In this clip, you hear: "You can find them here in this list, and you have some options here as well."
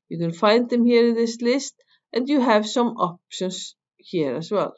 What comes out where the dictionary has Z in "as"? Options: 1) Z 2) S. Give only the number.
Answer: 2